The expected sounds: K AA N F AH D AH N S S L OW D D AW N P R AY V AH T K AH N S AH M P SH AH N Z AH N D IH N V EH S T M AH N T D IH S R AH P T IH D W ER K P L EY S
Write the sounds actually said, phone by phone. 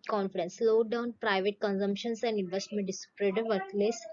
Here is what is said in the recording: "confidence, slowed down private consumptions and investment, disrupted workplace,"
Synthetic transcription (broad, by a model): K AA N F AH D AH N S S L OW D D AW N P R AY V AH T K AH N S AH M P SH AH N S AH N D IH N V EH S T M AH N T D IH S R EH T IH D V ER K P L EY S